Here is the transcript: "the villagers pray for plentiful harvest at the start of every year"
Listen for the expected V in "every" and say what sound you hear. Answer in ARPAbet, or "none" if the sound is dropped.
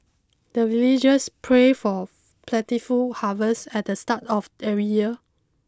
none